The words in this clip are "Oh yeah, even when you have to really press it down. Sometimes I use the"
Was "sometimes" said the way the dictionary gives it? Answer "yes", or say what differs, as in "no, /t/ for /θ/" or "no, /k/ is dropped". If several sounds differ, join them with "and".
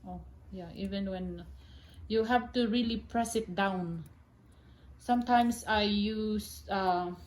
no, /s/ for /z/